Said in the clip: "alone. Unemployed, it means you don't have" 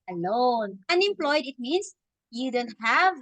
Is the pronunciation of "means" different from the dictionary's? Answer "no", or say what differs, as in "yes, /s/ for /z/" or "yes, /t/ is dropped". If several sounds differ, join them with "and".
yes, /s/ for /z/